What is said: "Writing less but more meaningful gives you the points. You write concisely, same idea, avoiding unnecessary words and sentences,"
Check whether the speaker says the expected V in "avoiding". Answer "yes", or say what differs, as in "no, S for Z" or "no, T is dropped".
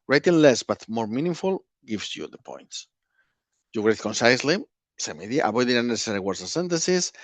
no, B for V